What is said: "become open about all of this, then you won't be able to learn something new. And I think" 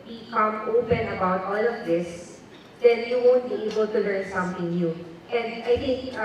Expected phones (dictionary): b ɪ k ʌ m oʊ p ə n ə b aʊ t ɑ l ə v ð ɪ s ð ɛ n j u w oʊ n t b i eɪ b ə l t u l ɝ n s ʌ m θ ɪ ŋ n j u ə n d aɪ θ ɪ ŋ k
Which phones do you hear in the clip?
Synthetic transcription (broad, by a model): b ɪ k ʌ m oʊ p ə n ə b aʊ t ɑ l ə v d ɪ s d ɛ n j u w oʊ n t b i eɪ b ə l t u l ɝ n s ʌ m t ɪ ŋ n j u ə n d aɪ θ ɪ ŋ k